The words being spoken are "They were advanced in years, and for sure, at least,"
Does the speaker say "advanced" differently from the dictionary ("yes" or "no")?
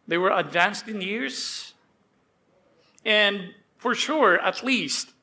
no